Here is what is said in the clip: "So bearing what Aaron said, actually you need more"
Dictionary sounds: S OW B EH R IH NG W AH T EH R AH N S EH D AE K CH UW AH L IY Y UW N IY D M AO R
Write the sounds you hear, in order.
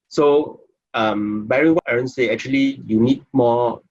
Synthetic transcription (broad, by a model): S OW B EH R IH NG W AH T EH R AH N S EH AE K CH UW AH L IY Y UW N IY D M AO